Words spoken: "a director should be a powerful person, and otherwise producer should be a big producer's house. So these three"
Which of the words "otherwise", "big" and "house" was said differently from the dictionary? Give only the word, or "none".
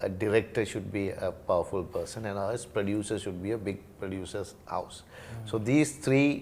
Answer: otherwise